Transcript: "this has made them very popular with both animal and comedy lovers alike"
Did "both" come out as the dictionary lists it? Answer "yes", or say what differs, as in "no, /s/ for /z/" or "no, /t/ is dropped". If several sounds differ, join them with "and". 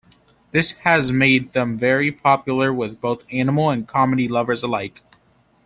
yes